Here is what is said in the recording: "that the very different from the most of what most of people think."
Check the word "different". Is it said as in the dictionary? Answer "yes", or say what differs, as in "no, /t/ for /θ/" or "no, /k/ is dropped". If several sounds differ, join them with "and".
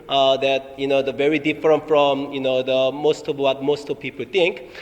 yes